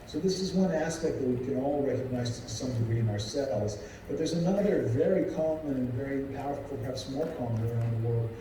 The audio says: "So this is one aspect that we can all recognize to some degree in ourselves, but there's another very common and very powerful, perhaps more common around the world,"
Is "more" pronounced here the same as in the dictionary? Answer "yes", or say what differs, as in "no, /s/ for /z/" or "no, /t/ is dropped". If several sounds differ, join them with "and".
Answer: no, /l/ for /ɹ/